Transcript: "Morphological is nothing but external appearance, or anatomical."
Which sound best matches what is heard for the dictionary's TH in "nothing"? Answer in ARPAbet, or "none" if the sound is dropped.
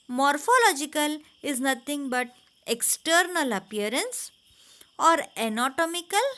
T